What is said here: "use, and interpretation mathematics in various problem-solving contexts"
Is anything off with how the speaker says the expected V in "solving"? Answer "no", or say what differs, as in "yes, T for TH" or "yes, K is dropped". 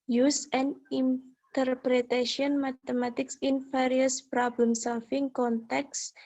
yes, F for V